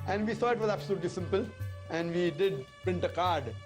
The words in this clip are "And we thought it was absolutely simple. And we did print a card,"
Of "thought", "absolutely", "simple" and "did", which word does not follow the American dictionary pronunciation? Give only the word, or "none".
thought